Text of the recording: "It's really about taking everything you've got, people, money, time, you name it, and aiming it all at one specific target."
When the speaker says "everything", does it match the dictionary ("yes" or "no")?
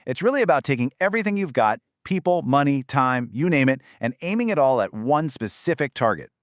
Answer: yes